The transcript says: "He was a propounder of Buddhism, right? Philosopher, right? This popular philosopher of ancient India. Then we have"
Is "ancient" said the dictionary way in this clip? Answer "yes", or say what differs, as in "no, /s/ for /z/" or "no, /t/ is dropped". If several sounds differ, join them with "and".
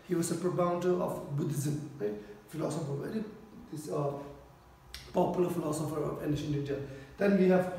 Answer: no, /t/ is dropped